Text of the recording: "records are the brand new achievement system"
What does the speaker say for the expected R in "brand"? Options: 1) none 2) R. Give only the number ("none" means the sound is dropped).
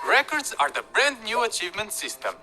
2